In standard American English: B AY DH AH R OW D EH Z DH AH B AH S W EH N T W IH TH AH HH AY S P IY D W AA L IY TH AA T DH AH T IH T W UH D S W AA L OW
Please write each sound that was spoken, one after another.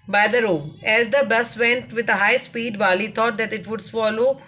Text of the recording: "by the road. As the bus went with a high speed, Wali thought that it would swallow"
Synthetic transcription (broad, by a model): B AY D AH R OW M EH Z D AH B AH S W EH N T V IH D AH HH AY S P IY D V AA L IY T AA T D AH T IH T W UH D S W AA L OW